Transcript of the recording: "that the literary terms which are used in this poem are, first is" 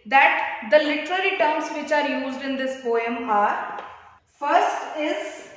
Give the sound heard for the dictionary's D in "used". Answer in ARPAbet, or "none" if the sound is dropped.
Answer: D